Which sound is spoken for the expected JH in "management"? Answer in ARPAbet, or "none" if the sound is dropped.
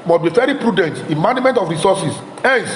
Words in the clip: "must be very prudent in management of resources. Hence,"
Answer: none